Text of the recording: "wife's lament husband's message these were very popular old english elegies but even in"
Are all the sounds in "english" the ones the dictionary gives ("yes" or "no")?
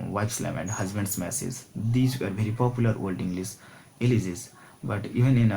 no